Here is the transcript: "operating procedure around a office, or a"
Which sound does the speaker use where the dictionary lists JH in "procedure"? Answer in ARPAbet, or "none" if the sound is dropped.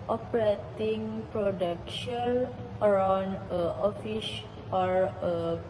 SH